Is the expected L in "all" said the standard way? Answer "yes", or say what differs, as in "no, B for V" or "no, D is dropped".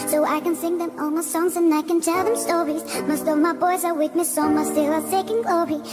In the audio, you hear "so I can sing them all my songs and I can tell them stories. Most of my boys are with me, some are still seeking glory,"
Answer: no, N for L